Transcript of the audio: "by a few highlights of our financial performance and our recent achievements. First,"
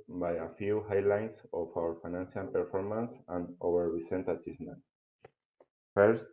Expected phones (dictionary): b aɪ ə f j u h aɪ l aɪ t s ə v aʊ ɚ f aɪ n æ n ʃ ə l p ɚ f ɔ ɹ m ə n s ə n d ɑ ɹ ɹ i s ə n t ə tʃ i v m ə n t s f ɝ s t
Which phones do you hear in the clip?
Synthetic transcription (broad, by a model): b aɪ ə f j u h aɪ l aɪ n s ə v aʊ ɚ f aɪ n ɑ n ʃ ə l p ɚ f ɔ ɹ m ə n s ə n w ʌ ɹ ɹ i s ə n t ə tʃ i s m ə n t f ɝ s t